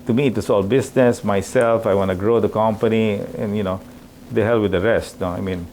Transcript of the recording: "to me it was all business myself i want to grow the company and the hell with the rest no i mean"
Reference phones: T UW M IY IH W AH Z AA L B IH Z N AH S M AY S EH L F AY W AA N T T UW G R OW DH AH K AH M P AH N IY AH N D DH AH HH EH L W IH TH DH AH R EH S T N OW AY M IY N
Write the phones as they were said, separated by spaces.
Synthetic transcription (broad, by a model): T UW M IY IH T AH S AA L B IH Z N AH S M AY S EH L F AY W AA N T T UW G R OW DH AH K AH M P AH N IY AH N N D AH HH EH L W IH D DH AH R EH S T N OW AY M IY N